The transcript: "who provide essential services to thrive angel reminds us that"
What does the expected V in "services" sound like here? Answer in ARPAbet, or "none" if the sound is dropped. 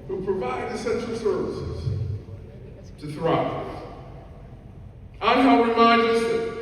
V